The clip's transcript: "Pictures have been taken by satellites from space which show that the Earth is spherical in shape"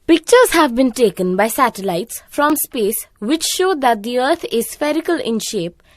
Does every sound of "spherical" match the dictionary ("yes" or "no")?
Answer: yes